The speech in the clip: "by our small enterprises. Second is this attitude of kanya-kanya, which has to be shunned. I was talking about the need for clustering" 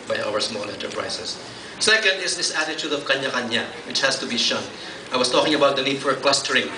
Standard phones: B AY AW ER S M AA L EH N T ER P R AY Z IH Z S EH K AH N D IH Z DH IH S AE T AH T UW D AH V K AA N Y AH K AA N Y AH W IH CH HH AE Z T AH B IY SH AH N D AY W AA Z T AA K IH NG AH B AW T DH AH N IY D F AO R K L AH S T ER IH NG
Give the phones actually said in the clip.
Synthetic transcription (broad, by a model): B AY AW ER S M AA L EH N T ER P R AY S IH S S EH K AH N D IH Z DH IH S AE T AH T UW D AH V K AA N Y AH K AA N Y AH W IH CH HH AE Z T AH B IY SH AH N AY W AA S T AA K IH NG AH B AW T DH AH N IY D F AO R K L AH S T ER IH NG